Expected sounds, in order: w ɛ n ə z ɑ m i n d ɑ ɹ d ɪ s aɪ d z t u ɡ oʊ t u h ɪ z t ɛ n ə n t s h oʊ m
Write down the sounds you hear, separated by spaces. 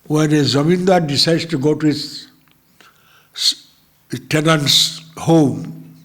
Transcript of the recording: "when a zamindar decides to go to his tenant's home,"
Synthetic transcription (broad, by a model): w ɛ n ə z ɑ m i n d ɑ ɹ d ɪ s aɪ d t u ɡ oʊ t u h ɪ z t ɛ n ə n t s h oʊ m